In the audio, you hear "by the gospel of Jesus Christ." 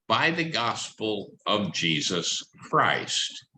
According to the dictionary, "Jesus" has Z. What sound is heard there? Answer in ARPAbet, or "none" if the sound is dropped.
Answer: Z